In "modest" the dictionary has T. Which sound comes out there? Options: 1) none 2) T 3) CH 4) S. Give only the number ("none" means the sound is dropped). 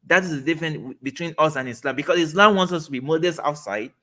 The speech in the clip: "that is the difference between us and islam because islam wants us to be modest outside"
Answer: 1